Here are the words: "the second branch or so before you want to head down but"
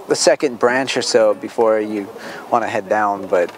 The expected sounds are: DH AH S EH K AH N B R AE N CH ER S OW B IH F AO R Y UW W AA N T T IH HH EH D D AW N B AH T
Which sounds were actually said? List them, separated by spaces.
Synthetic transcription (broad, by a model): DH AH S EH K AH N B R AE N CH ER S OW B IH F AO R Y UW W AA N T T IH HH EH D D AW N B AH T